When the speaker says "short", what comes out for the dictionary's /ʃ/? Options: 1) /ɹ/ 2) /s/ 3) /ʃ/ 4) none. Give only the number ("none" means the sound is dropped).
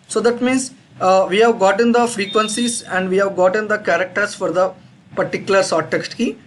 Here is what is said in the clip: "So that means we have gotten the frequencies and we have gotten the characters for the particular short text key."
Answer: 2